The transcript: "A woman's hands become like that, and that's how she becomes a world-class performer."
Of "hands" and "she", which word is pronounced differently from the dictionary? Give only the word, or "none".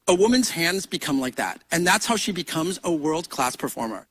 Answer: none